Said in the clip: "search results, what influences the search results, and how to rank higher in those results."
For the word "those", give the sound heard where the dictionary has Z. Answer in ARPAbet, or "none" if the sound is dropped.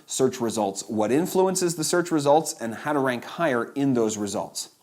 Z